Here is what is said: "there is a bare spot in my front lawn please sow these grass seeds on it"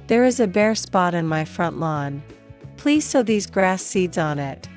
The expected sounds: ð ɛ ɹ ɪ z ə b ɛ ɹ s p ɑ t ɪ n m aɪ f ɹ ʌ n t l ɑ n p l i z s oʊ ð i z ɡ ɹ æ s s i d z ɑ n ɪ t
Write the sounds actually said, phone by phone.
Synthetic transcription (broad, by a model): ð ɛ ɹ ɪ z ə b ɛ ɹ s p ɑ t ɪ n m aɪ f ɹ ʌ n t l ɑ n p l i z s oʊ ð i z ɡ ɹ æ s s i d z n ɪ t